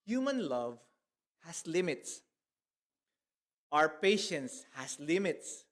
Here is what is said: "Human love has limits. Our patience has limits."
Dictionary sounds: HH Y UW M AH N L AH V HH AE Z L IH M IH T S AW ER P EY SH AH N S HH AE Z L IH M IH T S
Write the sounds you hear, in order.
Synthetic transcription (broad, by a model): HH Y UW M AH N L AH V HH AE S L IH M IH T S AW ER P EY SH AH N S HH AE S L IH M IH T S